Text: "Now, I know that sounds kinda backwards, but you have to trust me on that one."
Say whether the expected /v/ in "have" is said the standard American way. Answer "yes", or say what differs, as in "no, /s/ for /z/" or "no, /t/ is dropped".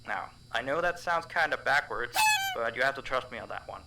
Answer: no, /f/ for /v/